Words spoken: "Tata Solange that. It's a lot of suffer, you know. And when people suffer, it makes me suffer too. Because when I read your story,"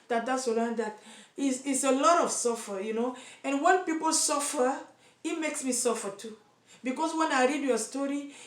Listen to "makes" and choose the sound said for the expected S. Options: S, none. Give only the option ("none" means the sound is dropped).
S